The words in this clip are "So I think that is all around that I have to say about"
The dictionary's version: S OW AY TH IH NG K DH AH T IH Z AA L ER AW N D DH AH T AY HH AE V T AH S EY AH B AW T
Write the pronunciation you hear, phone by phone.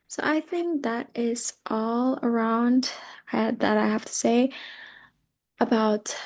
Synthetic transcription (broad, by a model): S OW AY TH IH NG K DH AH T IH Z AA L ER AW N D DH AH T AY HH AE F T AH S EY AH B AW T